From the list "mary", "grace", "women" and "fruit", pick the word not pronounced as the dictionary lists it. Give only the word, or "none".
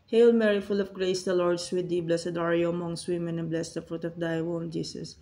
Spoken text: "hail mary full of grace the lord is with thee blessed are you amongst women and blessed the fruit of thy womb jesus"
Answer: none